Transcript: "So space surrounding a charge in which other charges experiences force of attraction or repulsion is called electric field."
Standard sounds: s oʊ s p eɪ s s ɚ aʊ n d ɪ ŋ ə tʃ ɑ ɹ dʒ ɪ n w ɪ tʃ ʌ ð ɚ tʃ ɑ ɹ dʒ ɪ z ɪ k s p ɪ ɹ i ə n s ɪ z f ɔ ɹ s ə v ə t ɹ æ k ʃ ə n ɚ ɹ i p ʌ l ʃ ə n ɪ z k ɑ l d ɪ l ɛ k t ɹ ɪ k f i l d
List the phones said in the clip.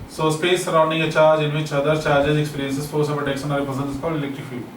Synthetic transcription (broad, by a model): s oʊ s p eɪ s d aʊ n d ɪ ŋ ə tʃ ɑ ɹ dʒ ɪ n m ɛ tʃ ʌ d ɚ tʃ ɑ ɹ dʒ ɪ z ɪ k s p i ɹ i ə n s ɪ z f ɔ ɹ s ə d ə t ɛ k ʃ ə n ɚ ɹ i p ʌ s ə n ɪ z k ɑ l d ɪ l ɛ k t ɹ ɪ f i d